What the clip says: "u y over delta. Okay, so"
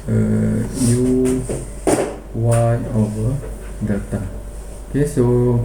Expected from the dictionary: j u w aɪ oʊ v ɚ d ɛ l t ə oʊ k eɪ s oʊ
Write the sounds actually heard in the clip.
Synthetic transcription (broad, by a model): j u w aɪ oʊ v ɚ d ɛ t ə oʊ k eɪ s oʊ